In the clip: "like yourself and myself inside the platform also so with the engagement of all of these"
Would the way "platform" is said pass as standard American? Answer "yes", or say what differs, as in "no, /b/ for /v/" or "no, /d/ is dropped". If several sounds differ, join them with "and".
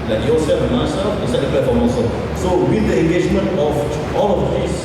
no, /l/ is dropped